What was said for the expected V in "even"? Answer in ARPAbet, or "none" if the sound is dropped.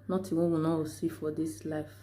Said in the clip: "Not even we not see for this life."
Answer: W